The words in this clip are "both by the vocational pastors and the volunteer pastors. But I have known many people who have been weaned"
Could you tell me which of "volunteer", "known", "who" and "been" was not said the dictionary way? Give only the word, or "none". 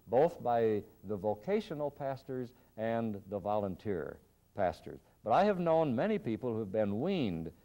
none